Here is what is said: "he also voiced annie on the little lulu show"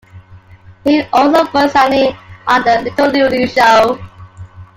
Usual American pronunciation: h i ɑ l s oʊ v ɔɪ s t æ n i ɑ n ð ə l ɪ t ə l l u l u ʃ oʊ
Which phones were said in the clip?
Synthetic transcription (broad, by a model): h i ɑ l s oʊ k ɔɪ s æ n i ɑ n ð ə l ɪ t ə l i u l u ʃ oʊ